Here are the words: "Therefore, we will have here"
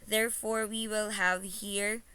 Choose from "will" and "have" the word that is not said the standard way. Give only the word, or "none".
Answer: none